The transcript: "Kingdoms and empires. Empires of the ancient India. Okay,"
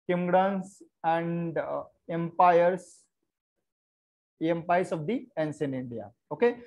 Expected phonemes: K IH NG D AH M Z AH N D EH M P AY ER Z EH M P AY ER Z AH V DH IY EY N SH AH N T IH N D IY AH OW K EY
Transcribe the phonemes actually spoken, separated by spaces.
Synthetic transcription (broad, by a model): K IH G D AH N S AH N D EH M P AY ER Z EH M P AY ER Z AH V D IY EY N S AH N IH N D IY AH OW K EY